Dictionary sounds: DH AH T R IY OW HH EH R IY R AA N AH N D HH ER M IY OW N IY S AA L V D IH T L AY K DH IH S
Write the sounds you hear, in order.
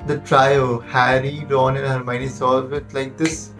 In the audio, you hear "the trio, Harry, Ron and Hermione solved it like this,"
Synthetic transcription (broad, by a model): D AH T R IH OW HH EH R IY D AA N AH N HH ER M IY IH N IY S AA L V IH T L AY K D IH S